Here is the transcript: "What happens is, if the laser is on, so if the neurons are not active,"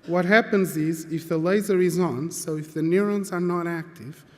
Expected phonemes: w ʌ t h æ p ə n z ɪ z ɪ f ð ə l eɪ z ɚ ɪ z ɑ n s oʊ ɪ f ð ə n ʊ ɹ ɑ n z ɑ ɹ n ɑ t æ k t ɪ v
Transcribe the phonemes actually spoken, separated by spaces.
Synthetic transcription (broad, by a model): w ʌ t h æ p ə n z ɪ z ɪ f ð ə l eɪ z ɚ ɪ z ɑ n s oʊ ɪ f ð ə n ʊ ɹ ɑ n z ɑ ɹ n ɑ t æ k t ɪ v